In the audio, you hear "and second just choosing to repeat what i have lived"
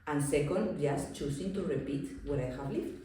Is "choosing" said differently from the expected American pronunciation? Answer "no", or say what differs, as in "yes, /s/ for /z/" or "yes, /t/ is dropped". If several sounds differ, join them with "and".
yes, /s/ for /z/